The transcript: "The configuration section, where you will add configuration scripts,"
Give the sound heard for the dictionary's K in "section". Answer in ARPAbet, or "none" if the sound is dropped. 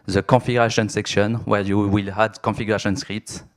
K